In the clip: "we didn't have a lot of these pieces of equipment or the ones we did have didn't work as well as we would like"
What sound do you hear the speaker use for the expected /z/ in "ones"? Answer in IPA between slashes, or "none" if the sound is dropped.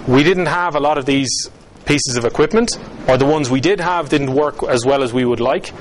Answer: /z/